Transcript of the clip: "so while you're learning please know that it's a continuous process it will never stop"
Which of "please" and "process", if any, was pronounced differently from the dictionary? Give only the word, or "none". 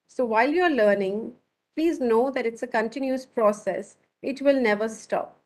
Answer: none